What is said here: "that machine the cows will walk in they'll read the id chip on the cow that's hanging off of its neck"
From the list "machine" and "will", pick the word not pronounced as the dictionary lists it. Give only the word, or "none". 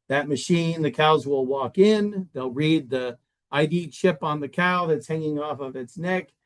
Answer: none